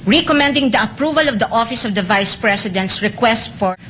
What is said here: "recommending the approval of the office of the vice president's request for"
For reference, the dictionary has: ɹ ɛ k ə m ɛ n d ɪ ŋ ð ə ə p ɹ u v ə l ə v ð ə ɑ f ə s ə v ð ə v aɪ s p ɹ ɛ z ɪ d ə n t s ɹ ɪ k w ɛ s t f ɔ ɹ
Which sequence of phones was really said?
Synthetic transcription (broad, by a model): ɹ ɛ k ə m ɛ n d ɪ ŋ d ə ə p ɹ u v ə l ə v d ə ɑ f ə s ə v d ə v aɪ s p ɹ ɛ s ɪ d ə n t s ɹ ɪ k w ɛ s t f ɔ ɹ